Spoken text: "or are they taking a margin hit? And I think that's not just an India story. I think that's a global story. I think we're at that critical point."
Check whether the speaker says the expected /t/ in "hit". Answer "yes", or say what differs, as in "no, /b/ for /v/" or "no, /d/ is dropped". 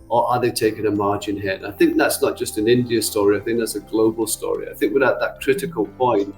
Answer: no, /t/ is dropped